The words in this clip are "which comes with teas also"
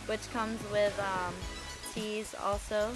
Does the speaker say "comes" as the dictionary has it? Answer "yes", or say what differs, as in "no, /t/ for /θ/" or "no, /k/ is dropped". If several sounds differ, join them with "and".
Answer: yes